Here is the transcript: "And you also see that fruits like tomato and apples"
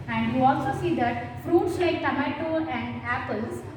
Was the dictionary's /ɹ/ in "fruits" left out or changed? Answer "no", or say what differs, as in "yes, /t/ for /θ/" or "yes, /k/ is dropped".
no